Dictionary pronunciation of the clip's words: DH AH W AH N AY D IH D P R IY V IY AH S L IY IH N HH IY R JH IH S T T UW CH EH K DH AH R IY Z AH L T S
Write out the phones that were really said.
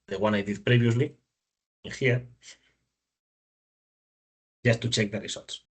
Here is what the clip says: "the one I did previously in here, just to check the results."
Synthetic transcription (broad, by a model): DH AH W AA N AY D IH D P R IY B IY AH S L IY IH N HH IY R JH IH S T T UW CH EH K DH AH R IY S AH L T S